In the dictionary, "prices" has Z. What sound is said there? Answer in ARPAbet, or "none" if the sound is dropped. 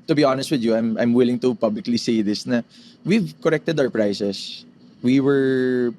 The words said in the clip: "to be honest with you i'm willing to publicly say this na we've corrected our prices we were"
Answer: S